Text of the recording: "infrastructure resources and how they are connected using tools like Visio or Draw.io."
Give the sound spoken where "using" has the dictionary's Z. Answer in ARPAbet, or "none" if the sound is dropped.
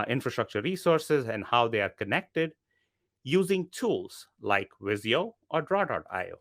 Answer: Z